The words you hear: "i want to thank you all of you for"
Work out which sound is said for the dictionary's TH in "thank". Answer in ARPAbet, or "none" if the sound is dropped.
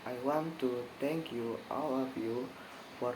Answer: T